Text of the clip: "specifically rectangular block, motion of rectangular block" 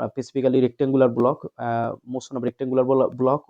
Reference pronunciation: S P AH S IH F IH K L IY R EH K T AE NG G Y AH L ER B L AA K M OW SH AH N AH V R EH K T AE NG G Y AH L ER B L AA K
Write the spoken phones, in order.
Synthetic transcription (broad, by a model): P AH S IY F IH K L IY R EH K T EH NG G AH L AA B L AA K M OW S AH N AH B R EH K T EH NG G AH L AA B L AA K